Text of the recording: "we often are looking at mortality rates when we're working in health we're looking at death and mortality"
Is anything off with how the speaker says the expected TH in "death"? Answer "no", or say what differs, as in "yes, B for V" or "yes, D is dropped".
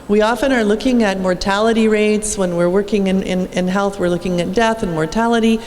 no